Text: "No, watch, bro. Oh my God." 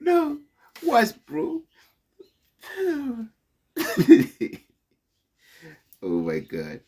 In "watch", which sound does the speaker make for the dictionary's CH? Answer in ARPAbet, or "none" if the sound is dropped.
S